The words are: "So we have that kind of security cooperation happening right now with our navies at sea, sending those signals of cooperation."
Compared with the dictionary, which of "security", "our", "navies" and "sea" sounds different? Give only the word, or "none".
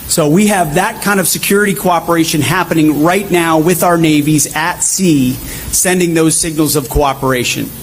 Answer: none